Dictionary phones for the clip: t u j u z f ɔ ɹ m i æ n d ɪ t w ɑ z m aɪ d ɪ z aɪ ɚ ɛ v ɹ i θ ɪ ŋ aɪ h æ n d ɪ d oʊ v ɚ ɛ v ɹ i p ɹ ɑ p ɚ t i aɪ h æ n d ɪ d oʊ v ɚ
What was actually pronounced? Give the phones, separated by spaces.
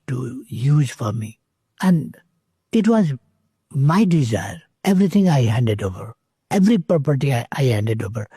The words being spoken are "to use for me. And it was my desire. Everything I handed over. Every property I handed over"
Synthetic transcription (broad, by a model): t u j u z f ɔ ɹ m i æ n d ɪ t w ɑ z m aɪ d ɪ z aɪ ɚ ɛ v ɹ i t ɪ ŋ aɪ h æ n d ɪ d oʊ v ɚ ɛ v ɹ i p ɑ p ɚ t i aɪ h æ n d ɪ d oʊ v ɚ